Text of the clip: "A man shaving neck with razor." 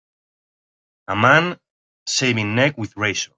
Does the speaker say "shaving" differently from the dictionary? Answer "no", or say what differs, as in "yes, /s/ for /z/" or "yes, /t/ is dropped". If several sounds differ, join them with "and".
yes, /s/ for /ʃ/